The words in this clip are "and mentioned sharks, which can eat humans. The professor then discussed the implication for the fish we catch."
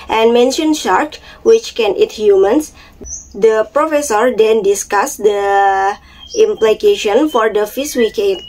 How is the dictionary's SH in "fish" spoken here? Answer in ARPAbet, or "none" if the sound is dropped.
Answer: S